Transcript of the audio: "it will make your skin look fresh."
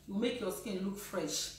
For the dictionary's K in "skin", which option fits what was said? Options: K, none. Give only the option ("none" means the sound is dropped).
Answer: K